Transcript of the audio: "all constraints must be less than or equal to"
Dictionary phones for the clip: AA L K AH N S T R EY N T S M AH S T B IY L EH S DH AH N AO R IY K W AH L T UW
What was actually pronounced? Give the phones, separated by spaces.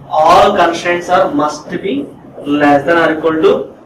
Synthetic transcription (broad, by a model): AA L K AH N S T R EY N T S M AH S T B IY L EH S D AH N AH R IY K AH N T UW